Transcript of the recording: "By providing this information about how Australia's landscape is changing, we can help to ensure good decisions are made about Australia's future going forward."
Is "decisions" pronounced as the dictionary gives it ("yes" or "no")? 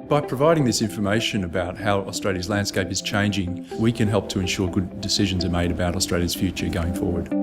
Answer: yes